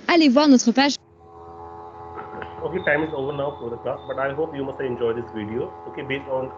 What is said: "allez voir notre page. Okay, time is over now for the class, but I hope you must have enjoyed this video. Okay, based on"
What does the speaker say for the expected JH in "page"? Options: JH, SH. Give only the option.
SH